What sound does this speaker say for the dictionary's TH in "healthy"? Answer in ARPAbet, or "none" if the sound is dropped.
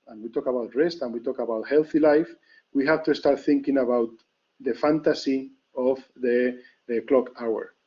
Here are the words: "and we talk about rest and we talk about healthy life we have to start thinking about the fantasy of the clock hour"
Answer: TH